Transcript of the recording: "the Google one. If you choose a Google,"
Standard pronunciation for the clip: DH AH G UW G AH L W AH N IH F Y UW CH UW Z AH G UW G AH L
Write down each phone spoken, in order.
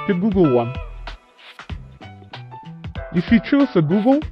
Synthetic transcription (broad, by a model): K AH G UW G AH L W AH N IH F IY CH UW S AH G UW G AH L